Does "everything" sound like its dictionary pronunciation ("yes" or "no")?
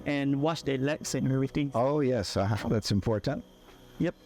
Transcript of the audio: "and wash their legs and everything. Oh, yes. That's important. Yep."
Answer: no